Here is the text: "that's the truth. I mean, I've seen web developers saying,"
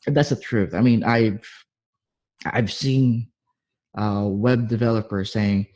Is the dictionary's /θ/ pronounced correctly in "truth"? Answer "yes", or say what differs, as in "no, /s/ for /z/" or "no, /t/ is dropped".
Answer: yes